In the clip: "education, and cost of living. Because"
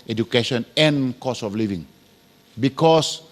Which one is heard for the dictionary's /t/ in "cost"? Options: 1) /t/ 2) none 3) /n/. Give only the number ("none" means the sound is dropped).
2